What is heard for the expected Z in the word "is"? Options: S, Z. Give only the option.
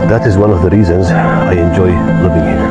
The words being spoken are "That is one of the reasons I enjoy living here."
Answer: Z